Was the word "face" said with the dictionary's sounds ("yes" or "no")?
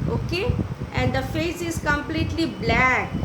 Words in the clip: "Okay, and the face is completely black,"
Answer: yes